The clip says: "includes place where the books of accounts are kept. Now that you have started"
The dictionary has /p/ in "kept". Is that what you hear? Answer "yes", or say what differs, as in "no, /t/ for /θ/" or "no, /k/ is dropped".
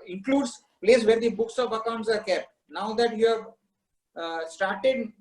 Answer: no, /p/ is dropped